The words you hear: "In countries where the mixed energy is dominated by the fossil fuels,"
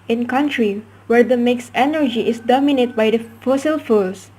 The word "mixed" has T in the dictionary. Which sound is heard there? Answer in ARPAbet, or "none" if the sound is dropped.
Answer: none